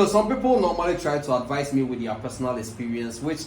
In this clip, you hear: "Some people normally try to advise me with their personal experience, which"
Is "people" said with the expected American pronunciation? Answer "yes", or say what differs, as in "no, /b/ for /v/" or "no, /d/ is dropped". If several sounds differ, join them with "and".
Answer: yes